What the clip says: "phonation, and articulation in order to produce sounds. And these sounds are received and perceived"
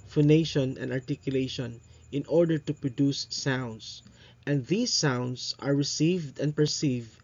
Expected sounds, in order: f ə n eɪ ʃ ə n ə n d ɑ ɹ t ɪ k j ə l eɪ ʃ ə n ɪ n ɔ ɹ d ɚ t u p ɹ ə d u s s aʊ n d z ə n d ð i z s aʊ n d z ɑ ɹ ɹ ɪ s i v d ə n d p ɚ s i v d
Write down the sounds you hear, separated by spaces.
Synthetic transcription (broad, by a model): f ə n eɪ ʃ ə n ə n d ɑ ɹ t ɪ k j ə l eɪ ʃ ə n ɪ n ɔ ɹ d ɚ t u p ɹ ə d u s s aʊ n d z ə n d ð i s aʊ n d s ɑ ɹ ɹ ɪ s i v d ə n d p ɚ s i v d